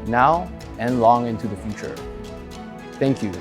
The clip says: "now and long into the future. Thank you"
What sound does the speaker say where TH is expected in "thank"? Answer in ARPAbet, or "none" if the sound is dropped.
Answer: TH